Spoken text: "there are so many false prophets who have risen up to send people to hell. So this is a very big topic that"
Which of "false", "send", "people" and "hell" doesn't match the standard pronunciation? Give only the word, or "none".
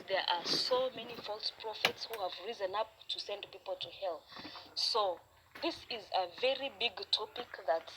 none